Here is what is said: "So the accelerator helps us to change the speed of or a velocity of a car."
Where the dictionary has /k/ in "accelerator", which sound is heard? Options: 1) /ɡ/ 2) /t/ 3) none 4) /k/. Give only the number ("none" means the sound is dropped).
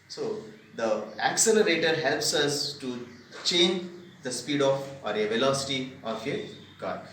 4